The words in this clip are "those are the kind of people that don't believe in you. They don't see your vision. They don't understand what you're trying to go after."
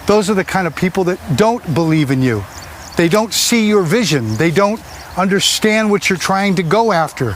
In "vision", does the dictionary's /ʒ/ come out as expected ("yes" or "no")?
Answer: yes